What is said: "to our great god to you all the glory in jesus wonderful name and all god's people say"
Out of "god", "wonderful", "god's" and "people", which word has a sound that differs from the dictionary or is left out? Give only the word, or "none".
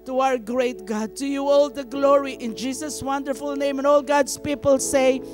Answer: god's